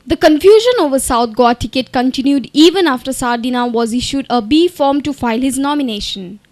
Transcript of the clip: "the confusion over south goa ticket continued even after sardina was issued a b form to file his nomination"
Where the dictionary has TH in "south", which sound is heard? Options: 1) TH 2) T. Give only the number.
2